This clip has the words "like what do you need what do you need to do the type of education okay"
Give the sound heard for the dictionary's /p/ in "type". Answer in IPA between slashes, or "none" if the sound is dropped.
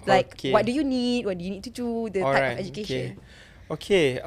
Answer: none